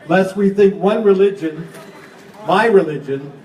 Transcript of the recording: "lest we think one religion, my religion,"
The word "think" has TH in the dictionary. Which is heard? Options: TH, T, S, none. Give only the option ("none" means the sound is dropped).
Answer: TH